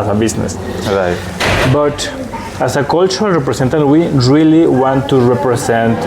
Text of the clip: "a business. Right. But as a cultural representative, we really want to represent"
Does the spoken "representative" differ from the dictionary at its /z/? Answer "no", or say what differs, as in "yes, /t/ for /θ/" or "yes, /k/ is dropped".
yes, /s/ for /z/